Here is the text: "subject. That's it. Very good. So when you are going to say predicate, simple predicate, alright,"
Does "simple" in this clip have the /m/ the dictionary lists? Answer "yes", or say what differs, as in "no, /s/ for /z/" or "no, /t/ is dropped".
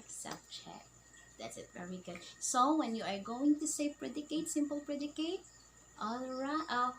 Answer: yes